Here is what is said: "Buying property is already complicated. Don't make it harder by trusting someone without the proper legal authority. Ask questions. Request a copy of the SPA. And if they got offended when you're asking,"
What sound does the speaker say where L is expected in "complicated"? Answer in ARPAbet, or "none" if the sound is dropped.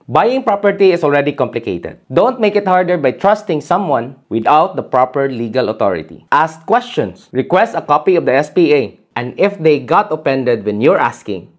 L